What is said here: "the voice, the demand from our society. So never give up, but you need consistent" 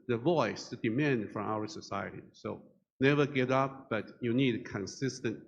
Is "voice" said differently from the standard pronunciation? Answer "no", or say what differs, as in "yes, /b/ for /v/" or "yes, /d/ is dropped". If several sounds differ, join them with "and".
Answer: no